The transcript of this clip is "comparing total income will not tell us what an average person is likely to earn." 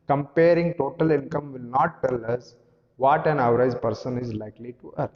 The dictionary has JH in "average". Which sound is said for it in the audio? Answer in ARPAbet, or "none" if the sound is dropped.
Z